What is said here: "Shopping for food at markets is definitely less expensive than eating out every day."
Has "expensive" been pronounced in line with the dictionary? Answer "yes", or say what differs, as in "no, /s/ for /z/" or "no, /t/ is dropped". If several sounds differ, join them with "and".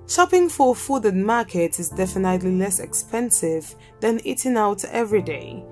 yes